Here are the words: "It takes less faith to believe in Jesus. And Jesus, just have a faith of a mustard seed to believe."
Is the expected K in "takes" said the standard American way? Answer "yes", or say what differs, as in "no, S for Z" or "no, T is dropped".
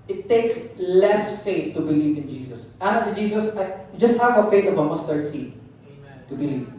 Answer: yes